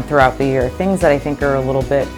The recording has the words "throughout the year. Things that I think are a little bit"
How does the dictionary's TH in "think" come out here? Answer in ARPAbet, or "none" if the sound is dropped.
TH